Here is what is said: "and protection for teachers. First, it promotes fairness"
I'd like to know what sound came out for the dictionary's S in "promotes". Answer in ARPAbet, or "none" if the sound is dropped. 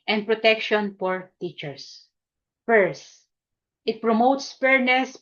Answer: S